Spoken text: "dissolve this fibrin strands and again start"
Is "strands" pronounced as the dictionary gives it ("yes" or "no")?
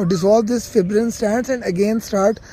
no